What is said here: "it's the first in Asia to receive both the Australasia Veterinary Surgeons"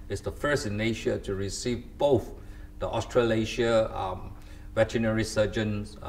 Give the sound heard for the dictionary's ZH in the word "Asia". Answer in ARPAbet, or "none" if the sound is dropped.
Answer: SH